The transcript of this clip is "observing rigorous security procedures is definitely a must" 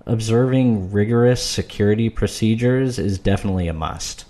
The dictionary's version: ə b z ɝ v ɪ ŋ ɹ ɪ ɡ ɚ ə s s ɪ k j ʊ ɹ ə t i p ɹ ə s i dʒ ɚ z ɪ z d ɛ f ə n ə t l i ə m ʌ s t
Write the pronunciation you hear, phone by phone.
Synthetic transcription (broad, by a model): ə b z ɝ v ɪ ŋ ɹ ɪ ɡ ɚ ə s s ɪ k j ʊ ɹ ə t i p ɹ ə s i dʒ ɚ z ɪ z d ɛ f ə n ə t l i ə m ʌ s t